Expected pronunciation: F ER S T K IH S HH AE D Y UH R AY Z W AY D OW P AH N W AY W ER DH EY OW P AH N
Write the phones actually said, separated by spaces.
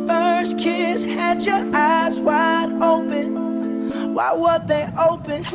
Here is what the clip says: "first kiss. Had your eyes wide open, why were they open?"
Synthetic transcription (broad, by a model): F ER S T K IH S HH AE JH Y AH R AY Z W AY D OW P AH N W AY W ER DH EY OW P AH N